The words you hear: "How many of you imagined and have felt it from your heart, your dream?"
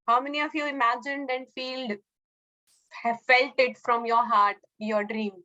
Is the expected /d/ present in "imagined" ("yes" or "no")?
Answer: yes